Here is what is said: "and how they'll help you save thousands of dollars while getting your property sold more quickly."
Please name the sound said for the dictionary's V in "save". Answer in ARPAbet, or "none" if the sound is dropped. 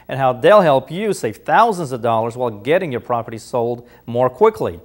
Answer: F